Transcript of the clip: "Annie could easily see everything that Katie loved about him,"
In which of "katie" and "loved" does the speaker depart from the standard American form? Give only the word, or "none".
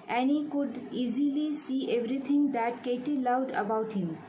loved